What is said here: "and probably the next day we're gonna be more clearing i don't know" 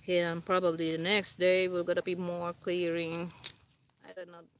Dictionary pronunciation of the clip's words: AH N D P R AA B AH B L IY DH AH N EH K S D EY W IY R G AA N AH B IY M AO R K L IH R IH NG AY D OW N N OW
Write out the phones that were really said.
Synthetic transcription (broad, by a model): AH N P R AA B AH B L IY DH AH N EH K S D EY W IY L G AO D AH B IY M AO R K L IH R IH NG AY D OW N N OW